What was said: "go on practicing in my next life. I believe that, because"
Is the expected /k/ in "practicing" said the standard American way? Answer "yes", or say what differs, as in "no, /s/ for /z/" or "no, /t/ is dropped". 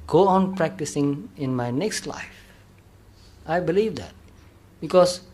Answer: yes